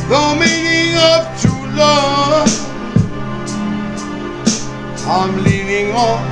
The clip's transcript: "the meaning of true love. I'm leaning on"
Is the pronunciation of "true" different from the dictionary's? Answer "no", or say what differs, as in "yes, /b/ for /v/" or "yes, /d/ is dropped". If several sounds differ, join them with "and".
yes, /ɹ/ is dropped